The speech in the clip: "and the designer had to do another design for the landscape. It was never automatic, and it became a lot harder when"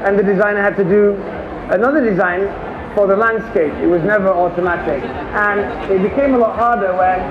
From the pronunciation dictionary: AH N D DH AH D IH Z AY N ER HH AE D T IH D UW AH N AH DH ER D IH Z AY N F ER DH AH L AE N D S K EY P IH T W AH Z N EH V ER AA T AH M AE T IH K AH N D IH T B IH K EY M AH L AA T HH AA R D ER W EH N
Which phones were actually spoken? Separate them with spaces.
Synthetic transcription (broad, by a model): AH N DH AH D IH Z AY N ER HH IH D T IH D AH AH N AH DH ER D IH Z AY N F ER DH AH L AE N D S K EY P IH T W AH Z N EH V ER AA T AH M AE T IH K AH N IH T B IH K EY M AH L AA T HH AA R D ER W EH N